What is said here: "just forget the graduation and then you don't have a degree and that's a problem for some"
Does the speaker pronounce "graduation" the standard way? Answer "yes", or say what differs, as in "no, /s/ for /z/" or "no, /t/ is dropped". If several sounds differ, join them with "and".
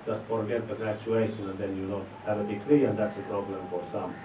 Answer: no, /tʃ/ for /dʒ/